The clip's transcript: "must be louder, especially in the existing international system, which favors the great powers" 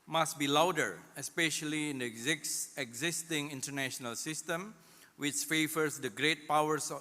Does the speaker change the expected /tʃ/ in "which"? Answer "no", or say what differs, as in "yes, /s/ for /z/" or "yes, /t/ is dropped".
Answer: no